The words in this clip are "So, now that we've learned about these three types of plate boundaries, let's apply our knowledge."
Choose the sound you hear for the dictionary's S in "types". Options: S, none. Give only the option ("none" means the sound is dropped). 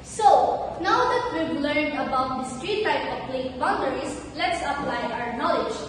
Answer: none